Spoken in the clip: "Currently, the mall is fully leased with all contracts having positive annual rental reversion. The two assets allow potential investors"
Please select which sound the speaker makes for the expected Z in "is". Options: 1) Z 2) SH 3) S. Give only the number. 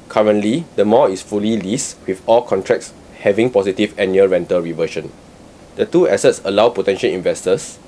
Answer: 3